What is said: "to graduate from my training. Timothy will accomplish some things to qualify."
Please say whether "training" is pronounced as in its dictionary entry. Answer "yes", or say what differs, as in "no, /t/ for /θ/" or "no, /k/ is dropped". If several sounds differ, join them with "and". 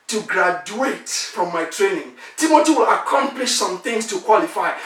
yes